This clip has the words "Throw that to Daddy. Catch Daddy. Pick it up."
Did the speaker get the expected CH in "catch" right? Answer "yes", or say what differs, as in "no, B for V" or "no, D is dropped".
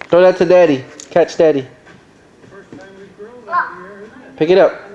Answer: yes